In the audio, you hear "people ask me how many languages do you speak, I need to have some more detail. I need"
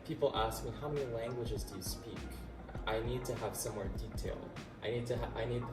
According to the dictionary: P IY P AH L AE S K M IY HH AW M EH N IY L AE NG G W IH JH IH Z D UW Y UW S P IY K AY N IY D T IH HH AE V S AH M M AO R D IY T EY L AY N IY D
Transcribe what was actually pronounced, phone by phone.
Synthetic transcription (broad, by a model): P IY P L AE S K M IY HH AW M EH N IY L AE NG G W IH JH IH Z D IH Y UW S P IY K AY N IY D T IH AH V S AH M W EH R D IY T EY L AY N IY D